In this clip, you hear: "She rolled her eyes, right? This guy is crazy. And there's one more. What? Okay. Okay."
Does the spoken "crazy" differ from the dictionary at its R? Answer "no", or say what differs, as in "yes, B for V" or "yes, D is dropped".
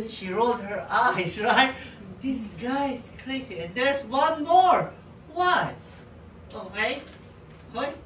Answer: yes, L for R